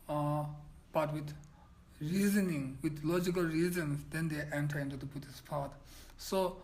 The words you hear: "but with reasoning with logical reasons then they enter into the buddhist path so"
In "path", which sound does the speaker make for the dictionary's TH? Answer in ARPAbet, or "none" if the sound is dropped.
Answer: T